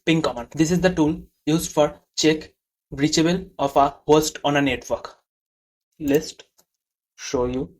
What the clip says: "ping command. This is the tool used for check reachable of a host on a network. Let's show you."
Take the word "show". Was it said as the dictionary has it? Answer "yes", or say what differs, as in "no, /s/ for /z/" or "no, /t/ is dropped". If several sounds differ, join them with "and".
yes